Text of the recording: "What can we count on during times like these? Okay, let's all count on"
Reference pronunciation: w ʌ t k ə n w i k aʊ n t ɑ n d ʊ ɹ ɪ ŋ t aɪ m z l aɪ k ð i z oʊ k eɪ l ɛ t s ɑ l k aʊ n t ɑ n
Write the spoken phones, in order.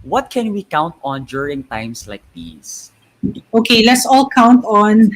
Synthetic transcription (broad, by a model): w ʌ t k ə n w i k aʊ n t ɑ n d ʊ ɹ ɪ ŋ t aɪ m s l aɪ k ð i s oʊ k eɪ l ɛ t s ɑ l k aʊ n t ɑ n